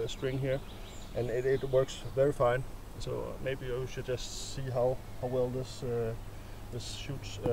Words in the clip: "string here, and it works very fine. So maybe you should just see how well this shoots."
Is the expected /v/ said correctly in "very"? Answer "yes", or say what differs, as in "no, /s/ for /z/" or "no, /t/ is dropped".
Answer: yes